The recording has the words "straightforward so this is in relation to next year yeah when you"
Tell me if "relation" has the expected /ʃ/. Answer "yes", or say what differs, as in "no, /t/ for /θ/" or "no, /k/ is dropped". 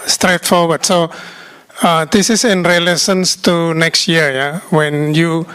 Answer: no, /s/ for /ʃ/